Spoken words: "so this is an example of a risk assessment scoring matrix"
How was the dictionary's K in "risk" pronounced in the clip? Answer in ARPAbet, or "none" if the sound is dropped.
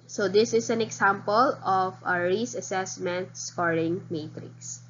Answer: none